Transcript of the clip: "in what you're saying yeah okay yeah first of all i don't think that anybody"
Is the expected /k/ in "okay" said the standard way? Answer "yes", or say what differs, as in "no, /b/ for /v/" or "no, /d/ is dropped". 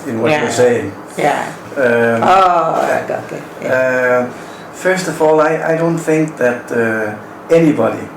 no, /k/ is dropped